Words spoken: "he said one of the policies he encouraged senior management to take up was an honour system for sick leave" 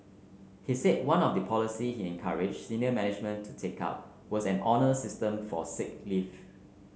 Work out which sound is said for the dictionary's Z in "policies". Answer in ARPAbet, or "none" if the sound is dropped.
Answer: none